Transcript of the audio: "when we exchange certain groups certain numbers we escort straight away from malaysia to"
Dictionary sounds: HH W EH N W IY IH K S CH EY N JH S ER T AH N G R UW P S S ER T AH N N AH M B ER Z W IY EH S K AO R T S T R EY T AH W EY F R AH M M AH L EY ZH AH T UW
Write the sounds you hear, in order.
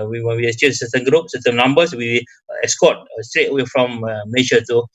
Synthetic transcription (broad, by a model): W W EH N W IY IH S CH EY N S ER T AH N G R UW P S S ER T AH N N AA M B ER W W IY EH S K AO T S T R EY T AH W EY F R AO M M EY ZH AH T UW